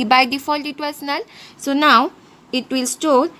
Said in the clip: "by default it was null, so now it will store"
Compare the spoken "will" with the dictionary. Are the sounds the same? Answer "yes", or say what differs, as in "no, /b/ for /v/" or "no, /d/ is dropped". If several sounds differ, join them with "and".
yes